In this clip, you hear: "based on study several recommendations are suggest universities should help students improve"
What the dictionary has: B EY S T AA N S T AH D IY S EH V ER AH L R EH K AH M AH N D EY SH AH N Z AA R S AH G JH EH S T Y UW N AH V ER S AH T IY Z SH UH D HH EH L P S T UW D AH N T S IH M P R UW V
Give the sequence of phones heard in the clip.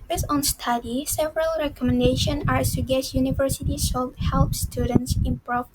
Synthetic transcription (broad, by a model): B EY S AA N S T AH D IY S EH V ER AH L R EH K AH M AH N D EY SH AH N AA R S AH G EH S Y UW N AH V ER S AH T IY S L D HH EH L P S T UW D AH N T S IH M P R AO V